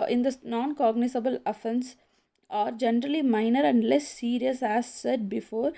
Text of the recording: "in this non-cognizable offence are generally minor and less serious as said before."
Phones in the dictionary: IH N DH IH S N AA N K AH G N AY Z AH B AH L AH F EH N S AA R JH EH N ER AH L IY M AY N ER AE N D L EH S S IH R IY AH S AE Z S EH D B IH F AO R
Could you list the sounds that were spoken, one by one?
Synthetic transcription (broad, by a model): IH N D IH N AA N K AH G N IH S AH B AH L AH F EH N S AA R JH EH N ER AH L IY M AY N ER AE N D L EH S S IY R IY AH S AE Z S EH D B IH F AO R